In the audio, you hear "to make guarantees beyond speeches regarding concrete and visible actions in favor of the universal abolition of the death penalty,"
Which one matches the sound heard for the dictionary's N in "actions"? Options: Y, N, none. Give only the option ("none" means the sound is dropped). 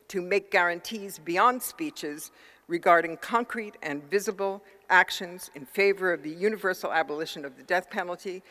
N